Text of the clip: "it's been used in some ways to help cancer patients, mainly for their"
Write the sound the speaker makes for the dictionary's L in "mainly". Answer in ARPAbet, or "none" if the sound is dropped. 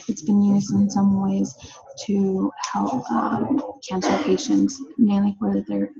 W